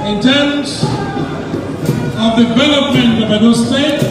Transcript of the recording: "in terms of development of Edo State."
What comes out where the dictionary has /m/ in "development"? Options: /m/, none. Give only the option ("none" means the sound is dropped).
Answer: none